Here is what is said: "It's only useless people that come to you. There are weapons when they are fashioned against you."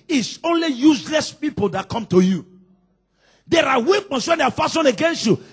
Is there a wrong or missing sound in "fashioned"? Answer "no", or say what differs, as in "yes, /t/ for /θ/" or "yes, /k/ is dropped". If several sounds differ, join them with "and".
yes, /d/ is dropped